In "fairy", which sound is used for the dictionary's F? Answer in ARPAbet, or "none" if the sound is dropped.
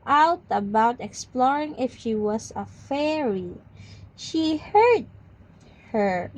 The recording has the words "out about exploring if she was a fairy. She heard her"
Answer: F